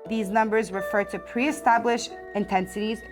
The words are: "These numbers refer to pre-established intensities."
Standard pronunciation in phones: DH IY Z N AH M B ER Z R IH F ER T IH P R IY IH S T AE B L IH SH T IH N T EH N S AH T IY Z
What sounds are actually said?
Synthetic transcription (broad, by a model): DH IY Z N AH M B ER Z R IH F ER T IH P R IY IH S T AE B L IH SH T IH N T EH N S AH T IY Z